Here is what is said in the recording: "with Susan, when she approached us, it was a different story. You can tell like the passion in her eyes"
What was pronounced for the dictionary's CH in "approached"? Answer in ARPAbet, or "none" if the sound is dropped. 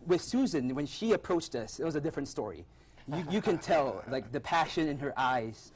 CH